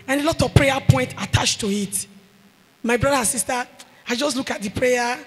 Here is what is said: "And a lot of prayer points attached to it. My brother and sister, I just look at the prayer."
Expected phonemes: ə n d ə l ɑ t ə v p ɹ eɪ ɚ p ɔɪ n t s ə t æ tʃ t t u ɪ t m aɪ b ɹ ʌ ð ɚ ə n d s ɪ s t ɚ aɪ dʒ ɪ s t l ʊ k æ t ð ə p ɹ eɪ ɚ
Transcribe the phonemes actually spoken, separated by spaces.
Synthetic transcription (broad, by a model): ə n ə l ɑ t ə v p ɹ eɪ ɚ p ɔɪ n t ə t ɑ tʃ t t u ɪ t m aɪ b ɹ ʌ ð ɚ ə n s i s t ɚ aɪ dʒ ɪ s t l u k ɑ t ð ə p ɹ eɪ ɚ